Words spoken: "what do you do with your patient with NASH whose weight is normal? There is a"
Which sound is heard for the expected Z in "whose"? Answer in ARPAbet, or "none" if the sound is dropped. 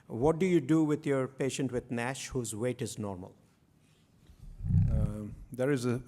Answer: Z